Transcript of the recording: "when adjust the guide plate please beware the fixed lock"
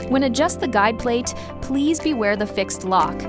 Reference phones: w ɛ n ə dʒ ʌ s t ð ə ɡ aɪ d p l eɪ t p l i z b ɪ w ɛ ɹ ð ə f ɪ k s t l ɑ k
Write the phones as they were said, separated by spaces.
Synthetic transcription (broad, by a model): w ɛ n ə dʒ ʌ s t ð ə ɡ aɪ d p l eɪ t p l i z b ɪ w ɛ ɹ ð ə f ɪ k s t l ɑ k